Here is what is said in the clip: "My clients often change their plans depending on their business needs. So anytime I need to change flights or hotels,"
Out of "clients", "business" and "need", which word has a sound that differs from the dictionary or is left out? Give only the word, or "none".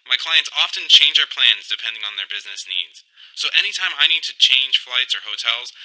none